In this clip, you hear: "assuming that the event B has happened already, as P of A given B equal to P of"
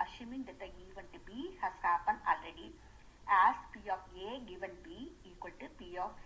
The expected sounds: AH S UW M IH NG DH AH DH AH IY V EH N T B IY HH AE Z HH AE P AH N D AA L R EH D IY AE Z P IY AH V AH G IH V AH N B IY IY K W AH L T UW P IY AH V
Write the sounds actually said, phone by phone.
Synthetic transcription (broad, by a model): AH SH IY M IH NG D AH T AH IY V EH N T B IY HH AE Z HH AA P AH N AA L R EH D IY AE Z P IY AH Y AH G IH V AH N B IY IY K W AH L T UW P IY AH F